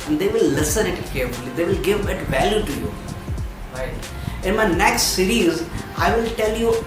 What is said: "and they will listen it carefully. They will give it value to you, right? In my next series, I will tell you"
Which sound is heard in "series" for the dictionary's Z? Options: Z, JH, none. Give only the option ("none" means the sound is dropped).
Z